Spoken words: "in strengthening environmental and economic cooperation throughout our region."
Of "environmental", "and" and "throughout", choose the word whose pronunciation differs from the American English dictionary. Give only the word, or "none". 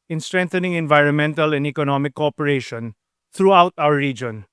throughout